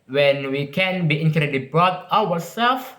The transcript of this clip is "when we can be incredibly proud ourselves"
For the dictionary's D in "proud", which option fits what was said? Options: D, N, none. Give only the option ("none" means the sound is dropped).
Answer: none